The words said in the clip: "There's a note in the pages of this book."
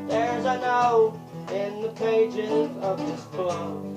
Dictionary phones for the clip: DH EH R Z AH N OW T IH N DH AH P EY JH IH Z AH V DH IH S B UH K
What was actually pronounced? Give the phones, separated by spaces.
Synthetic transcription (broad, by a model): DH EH R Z AH N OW IH N DH AH P EY JH IH Z AH V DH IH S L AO